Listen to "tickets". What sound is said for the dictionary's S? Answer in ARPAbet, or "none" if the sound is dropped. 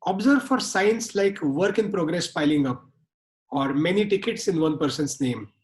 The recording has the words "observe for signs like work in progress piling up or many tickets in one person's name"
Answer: S